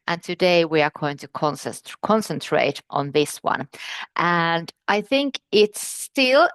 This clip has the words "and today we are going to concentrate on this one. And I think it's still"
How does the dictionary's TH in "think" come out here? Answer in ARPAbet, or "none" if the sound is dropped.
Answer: TH